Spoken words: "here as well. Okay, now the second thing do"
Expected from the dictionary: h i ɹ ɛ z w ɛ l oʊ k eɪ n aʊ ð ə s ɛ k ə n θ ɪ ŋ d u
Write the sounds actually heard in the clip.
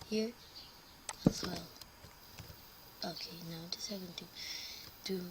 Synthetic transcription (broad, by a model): h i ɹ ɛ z w ɛ l oʊ k eɪ n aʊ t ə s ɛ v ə n t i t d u